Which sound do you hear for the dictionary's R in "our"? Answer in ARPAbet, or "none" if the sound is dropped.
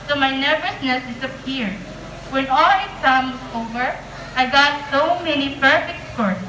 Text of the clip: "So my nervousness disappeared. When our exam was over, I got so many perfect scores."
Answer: L